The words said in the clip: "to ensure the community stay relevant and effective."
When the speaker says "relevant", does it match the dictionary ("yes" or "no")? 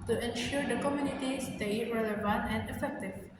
yes